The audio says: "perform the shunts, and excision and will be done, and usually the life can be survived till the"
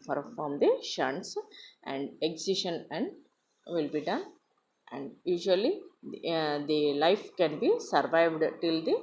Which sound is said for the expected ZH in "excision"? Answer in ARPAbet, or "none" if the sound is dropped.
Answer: SH